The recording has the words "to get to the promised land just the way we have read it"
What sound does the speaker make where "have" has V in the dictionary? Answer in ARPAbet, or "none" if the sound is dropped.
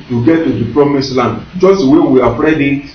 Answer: P